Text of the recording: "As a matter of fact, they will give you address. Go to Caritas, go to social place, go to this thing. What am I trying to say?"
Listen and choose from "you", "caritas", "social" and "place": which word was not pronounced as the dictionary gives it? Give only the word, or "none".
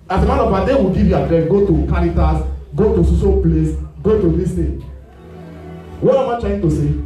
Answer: social